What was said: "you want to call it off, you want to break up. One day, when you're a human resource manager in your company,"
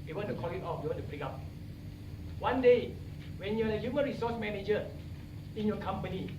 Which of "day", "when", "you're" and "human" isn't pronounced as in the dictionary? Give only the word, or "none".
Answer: you're